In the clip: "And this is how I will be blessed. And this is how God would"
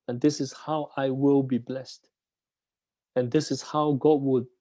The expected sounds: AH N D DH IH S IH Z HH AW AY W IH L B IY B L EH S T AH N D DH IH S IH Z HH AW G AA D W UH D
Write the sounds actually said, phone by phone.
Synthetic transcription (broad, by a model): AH N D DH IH S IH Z HH AW AY W IH L B IY B L EH S T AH N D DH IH S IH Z HH AW G AA D W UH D